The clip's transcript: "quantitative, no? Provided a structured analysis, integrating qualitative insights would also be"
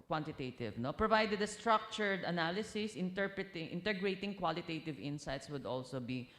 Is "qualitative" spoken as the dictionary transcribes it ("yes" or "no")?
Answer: yes